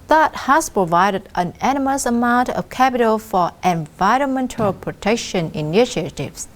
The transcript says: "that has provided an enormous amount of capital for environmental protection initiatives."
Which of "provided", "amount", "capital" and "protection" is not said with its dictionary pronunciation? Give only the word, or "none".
none